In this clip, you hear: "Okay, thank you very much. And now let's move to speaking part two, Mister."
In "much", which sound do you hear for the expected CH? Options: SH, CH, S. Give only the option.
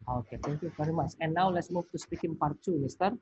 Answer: S